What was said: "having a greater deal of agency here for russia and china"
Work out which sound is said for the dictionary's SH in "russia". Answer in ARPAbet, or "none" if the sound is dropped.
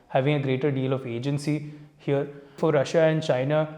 SH